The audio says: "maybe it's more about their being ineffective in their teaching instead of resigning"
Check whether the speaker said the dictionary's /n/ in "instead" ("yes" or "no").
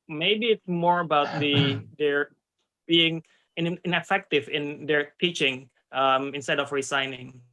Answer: yes